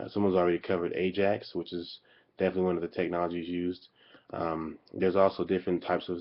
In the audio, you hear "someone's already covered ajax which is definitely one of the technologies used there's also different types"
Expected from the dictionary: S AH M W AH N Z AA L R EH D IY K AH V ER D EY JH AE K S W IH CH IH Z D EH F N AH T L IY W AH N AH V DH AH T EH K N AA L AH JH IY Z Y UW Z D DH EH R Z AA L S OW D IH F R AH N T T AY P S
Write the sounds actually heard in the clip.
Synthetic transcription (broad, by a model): S AH M W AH N Z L R EH D IY K AH V ER D EY JH AE K S W IH CH IH Z D EH F N AH T L IY W AH N AH V DH AH T EH K N AA L AH JH IY Z Y UW Z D DH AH R Z AA L S OW D IH F R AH N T T AY P S